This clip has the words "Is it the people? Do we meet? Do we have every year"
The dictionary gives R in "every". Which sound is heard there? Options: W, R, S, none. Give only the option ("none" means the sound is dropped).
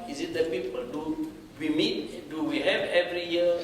R